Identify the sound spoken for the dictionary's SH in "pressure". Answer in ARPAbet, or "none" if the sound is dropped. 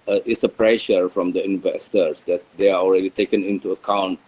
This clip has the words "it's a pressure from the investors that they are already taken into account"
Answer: SH